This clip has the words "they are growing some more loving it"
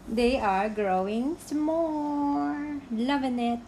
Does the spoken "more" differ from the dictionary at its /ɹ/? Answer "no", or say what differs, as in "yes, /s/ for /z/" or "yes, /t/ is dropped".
yes, /l/ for /ɹ/